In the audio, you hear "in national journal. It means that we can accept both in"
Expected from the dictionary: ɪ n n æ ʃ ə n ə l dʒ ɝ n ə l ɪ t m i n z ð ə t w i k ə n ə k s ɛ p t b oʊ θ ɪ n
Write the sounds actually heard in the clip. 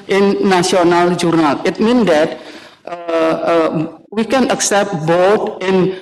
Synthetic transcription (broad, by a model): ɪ n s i ə n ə l dʒ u n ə l ɪ t m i n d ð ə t w i k ə n ə k s ɛ p t b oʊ t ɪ n